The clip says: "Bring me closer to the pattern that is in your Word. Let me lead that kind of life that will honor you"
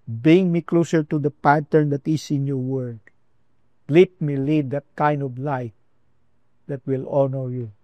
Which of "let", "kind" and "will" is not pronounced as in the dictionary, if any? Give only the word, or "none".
none